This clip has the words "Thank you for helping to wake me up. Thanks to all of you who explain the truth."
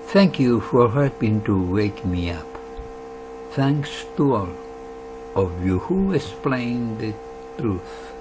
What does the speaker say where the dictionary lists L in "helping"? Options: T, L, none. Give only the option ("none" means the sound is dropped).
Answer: none